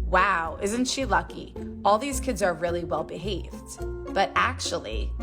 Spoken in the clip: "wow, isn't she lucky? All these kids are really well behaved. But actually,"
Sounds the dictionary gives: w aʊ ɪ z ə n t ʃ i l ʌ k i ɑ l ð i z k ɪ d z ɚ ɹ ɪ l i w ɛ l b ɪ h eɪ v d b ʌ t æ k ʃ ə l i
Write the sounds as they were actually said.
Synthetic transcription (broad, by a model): w aʊ ɪ z n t ʃ i l ʌ k i ɑ l ð i z k ɪ d z ɚ ɹ ɪ l i w ɛ l b ɪ h eɪ v d b ʌ t æ k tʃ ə l i